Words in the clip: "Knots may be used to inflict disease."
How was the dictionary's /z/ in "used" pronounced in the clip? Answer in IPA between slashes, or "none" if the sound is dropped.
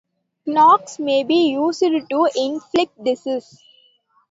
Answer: /s/